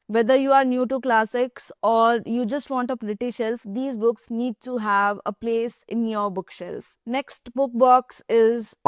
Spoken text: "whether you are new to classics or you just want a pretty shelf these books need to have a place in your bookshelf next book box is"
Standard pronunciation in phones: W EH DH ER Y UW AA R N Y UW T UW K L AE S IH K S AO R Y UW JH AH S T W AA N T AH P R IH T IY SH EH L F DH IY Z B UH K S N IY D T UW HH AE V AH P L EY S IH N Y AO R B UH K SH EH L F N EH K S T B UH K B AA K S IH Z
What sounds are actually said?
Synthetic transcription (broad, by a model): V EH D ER Y UW AA R N Y UW T UW K L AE S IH K S AO R Y UW JH AH S T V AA N T AH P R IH T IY SH EH L F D IY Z B UH K S N IY D T UW HH AE V AH P L EY S IH N Y AO R B UH K SH EH L F N EH K S T B UH K B AA K S IH Z